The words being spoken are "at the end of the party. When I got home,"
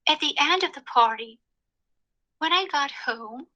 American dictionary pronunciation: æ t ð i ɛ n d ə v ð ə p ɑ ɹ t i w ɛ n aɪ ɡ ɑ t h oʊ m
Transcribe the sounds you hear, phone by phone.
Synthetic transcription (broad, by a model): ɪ t ð i ɛ n d ə v ð ə p ɑ ɹ t i w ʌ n aɪ ɡ ɑ t h oʊ m